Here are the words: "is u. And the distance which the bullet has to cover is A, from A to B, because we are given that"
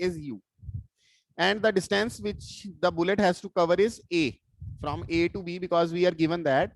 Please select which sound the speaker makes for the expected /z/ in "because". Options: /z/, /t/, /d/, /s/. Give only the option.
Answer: /z/